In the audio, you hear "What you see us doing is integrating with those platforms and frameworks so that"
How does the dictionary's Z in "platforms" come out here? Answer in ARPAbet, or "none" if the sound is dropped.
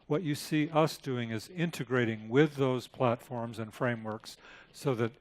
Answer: Z